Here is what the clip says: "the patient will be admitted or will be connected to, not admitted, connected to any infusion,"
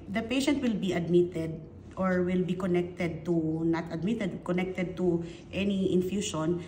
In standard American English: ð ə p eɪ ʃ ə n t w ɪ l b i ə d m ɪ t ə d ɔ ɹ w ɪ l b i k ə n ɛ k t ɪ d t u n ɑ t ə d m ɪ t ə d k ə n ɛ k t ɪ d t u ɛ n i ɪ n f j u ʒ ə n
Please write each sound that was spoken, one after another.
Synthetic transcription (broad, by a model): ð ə p eɪ ʃ ə n t w ɪ l b i ə d m ɪ t ə d ɔ ɹ w ɪ l b i k ə n ɛ k t ɪ d t u n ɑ t ə d m ɪ t ə d k ə n ɛ k t ɪ d t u ɛ n i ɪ n f j u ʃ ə n